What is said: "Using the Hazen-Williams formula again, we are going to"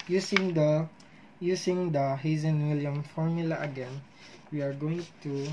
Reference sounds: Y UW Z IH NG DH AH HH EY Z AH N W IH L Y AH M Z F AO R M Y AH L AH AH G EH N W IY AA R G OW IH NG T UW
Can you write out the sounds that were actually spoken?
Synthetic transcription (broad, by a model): Y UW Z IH NG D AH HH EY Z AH N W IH L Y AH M F AO R M Y AH L AH AH G EH N W IY AA R G OW IH NG T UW